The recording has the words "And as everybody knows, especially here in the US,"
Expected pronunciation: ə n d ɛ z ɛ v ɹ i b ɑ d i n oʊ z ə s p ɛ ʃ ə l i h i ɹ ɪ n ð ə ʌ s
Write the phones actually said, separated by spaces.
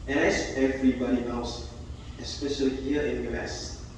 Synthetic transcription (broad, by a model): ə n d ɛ s ɛ v ɹ i b ɑ d i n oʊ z ə s p ɛ ʃ ə l i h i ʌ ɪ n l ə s